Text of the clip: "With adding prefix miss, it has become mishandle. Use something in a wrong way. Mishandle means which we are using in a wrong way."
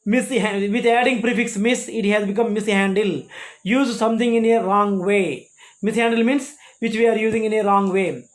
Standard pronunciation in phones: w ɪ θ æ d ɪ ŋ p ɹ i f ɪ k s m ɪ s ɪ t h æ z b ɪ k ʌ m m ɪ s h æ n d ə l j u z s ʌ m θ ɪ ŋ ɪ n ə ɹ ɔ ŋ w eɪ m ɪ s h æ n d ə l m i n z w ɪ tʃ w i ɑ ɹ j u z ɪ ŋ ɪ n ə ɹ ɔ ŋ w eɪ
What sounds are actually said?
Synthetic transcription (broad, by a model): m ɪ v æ d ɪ ŋ p ɹ i f ɪ k s m ɪ s ɪ t h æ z b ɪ k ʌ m m ɪ s h æ n d ə l j u z s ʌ m t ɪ ŋ ɪ n ə ɹ ɔ ŋ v eɪ m ɪ s h æ n d ə l m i n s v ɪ tʃ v i ɑ ɹ j u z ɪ ŋ ɪ n ə ɹ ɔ ŋ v eɪ